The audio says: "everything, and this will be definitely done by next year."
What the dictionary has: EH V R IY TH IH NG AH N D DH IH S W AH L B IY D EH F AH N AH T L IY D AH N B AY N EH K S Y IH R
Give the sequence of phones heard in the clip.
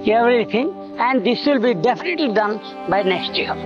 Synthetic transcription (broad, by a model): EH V R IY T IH NG AH N D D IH S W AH L B IY D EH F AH N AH T L IY D AH N B AY N EH K S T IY